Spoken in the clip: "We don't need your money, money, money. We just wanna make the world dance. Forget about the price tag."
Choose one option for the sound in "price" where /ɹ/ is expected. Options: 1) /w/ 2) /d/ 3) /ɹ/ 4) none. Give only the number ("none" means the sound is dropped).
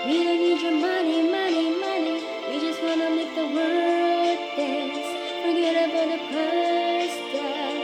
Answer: 4